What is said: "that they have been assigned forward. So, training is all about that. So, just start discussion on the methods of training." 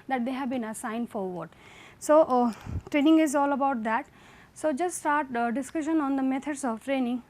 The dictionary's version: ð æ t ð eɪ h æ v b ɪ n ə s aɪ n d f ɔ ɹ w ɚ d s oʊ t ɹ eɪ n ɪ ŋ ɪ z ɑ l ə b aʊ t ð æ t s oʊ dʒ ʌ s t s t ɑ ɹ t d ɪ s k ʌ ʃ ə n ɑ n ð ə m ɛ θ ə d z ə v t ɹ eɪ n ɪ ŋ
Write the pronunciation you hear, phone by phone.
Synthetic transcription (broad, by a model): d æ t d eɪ h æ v b ɪ n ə s aɪ n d f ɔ ɹ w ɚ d s oʊ t ɹ eɪ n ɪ ŋ ɪ z ɑ l ə b aʊ t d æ t s oʊ dʒ ʌ s t s t ɑ ɹ t d ɪ s k ʌ ʃ ə n ɑ n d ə m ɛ t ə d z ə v t ɹ eɪ n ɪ ŋ